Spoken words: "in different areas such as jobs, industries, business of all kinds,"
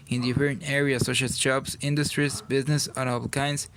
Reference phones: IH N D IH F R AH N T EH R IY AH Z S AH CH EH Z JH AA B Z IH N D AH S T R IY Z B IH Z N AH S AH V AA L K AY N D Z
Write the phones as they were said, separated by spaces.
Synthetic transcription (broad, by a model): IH N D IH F R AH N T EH R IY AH S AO SH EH S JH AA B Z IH N D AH S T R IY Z B IH Z N AH S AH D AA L K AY N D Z